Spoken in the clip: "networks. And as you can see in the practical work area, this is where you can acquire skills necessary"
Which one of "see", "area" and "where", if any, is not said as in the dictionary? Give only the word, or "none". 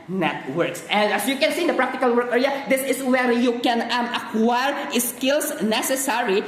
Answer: none